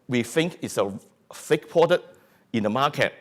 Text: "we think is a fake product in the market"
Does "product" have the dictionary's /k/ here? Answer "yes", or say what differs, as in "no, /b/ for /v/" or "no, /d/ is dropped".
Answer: no, /k/ is dropped